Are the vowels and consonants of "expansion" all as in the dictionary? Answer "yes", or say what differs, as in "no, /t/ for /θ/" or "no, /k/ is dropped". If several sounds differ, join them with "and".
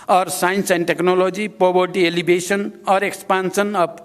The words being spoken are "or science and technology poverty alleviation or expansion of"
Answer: no, /s/ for /ʃ/